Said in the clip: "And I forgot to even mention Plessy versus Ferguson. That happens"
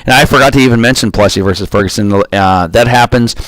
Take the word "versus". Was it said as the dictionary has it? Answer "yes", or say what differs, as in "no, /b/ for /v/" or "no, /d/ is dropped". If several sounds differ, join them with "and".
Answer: yes